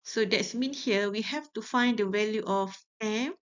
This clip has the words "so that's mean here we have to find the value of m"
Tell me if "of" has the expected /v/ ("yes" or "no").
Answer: no